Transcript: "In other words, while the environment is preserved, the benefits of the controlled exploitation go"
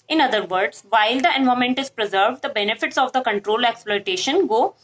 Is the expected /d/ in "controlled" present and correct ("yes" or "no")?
no